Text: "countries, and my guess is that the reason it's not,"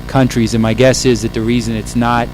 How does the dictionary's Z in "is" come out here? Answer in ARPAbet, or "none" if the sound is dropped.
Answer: Z